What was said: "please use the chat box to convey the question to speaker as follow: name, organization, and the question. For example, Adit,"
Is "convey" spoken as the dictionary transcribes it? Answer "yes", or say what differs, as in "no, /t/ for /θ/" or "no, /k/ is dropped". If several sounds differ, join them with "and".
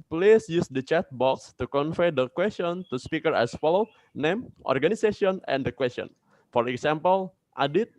no, /f/ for /v/